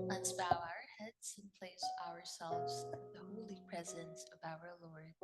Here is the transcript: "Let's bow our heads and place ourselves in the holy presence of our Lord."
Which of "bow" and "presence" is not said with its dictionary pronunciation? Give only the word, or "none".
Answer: none